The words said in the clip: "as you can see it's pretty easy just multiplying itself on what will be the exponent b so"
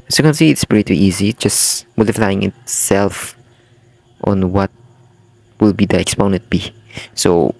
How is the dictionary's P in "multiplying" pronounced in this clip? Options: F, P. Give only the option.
F